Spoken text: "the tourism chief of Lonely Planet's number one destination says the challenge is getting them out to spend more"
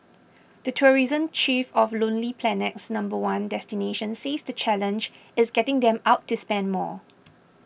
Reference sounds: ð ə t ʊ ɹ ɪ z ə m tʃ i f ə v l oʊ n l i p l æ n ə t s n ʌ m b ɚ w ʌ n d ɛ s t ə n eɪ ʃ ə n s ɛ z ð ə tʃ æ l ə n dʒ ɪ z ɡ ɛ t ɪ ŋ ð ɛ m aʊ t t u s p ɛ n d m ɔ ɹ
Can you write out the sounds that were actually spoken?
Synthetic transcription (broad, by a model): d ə t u ɹ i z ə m tʃ i f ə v l oʊ n l i p l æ n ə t s n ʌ m b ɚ w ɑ n d ɛ s t ə n eɪ ʃ ə n s ɛ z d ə tʃ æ l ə n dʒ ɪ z ɡ ɛ t ɪ ŋ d ɛ m aʊ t t u s p ɛ n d m ɔ